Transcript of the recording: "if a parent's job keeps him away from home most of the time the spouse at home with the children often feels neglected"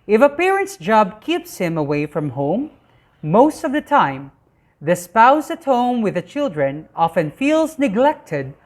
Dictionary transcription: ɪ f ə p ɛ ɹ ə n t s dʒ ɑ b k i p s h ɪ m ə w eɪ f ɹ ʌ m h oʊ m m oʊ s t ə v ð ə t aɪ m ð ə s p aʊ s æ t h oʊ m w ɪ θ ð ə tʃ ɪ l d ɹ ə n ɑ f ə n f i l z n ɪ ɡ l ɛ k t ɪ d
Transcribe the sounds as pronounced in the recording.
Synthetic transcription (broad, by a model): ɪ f ə p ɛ ɹ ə n t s dʒ ɑ b k i p s h ɪ m ə w eɪ f ɹ ʌ m h oʊ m m oʊ s t ə v ð ə t aɪ m ð ə s p aʊ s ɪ t h oʊ m w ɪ ð ə tʃ ɪ l d ɹ ə n ɑ f ə n f i l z n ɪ ɡ l ɛ k t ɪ d